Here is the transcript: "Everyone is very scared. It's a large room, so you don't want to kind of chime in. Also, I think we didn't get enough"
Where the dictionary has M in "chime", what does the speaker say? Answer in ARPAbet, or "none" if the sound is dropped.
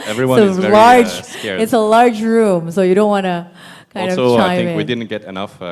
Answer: none